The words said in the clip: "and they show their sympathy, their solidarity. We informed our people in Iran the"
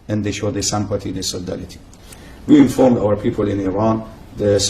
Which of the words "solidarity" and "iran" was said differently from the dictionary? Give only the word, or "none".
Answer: solidarity